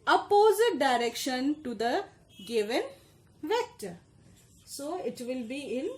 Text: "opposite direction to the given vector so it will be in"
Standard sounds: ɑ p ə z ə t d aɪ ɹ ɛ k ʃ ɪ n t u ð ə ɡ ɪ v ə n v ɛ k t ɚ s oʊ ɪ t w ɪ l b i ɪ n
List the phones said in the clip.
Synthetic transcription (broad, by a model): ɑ p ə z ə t d aɪ ɹ ɛ k ʃ ɪ n t u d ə ɡ ɪ v ə n v ɛ k t ɚ s oʊ ɪ t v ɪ l b i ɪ n